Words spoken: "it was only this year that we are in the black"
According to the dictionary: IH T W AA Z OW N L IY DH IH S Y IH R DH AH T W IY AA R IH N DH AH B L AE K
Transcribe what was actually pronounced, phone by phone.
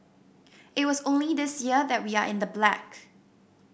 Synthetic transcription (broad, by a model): IH T W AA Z OW N L IY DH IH S Y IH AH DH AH T W IY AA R IH N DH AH B L AE K